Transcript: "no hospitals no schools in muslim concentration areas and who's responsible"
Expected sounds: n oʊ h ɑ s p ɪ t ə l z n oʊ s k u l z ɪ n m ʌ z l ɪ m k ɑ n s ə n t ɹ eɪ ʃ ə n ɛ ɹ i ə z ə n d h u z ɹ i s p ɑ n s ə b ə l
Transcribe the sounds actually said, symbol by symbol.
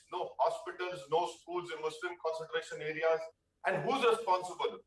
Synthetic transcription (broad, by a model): n oʊ h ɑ s p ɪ t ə l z n oʊ s k u l z ɪ n m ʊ s l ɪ m k ɑ n s ə n t ɹ eɪ ʃ ə n ɛ ɹ i ə z ə n d h u z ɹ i s p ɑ n s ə b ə l